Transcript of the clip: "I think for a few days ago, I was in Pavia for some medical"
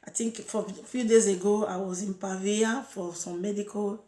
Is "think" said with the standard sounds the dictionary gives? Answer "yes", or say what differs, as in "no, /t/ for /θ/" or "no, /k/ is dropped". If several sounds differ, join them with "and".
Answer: no, /t/ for /θ/